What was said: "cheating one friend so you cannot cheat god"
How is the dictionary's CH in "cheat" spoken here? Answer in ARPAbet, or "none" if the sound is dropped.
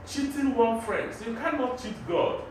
CH